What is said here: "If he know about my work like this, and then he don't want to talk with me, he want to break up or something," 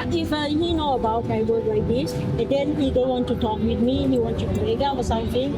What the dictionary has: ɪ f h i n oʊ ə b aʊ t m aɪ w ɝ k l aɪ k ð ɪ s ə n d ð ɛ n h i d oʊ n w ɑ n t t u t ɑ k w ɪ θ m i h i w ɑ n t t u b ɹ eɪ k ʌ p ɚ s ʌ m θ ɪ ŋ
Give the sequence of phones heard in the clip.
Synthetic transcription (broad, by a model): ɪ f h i n oʊ ə b aʊ t m aɪ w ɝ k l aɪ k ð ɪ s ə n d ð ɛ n h i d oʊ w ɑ n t t u t ɑ k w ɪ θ m i h i w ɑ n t t u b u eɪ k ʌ f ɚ s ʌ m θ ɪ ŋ